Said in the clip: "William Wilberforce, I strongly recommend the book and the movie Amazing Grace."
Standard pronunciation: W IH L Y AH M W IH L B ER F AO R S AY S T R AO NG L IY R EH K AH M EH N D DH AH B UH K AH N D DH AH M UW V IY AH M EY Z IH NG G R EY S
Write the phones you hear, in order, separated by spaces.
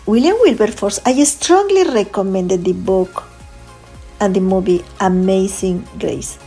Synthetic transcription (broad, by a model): W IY L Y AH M W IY L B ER F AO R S AY S T R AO NG L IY R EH K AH M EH N D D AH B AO K AH N D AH M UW B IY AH M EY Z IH NG G R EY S